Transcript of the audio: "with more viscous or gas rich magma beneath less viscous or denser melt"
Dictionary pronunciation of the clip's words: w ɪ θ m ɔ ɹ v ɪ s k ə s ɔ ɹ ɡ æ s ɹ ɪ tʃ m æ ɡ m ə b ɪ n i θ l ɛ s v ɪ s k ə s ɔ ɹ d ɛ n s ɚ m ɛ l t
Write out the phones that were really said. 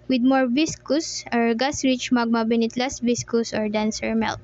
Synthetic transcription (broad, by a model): w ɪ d m ɔ ɹ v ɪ s k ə s ɔ ɹ ɡ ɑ s ɹ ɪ tʃ m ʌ ɡ m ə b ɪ n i t l ɛ s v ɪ s k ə s ɔ ɹ d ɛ n s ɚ m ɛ l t